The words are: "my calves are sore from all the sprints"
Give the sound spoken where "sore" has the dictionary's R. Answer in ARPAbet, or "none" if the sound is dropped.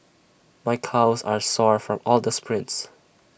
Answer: R